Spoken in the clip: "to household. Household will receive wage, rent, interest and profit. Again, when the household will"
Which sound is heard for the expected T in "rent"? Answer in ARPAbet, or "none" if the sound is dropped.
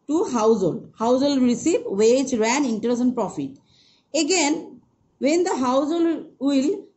none